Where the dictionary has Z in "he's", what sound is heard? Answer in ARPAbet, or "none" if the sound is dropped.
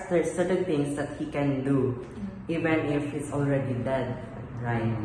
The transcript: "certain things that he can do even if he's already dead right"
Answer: S